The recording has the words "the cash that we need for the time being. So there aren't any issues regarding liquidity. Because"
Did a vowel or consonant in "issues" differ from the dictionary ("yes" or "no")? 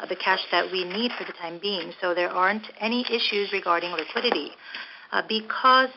no